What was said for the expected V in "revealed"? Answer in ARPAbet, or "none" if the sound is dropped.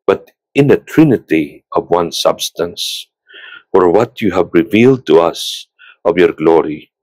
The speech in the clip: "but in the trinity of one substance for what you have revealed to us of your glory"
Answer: V